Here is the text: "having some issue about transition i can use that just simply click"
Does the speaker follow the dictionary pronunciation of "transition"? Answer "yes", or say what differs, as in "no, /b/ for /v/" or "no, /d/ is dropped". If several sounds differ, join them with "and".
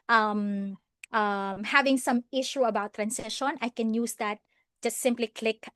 no, /s/ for /z/